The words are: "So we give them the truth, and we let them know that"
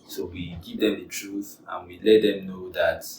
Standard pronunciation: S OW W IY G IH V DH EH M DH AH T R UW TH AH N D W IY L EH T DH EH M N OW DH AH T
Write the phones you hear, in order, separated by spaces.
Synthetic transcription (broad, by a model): S OW W IY G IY V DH EH M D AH T R UW TH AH N W IY L EH T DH EH M N OW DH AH T